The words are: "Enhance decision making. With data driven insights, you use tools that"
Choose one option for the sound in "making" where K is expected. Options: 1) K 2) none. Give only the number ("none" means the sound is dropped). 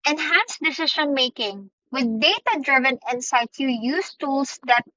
1